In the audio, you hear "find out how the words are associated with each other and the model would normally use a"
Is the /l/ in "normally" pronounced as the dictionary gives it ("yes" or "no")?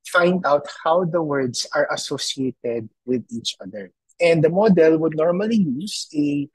yes